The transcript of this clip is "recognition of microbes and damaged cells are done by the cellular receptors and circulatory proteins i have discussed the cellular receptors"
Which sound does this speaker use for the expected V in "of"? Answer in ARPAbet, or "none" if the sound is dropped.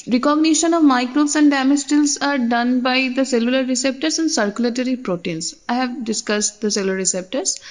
V